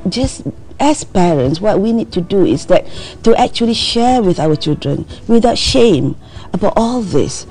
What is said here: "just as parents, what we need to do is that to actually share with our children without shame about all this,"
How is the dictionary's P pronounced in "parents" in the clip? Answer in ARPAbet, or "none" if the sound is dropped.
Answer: P